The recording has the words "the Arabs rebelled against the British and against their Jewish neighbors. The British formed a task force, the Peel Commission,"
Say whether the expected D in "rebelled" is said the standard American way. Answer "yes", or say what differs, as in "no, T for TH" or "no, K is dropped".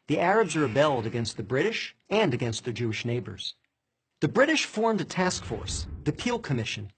yes